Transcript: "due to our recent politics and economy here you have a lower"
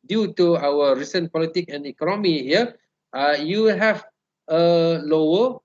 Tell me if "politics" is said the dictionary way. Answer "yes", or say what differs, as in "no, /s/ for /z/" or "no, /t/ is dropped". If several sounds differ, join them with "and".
no, /s/ is dropped